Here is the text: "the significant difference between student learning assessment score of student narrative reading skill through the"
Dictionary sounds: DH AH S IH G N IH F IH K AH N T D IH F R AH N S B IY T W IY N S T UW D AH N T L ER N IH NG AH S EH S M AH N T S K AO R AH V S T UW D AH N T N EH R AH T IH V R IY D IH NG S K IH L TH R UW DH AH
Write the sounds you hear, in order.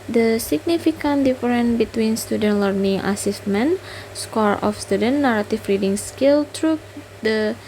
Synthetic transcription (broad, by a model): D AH S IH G N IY F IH K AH N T D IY F R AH N B IY T W IY N S T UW D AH N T L ER N IH NG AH S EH S M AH N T S K AO R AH F S T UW D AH N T N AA R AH T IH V R IY D IH NG S K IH L T R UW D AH